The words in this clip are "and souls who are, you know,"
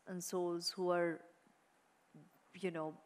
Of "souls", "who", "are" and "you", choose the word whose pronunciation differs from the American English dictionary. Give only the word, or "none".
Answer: none